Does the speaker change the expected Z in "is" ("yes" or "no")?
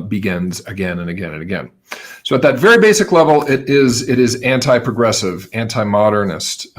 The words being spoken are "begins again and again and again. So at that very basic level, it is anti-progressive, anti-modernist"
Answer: no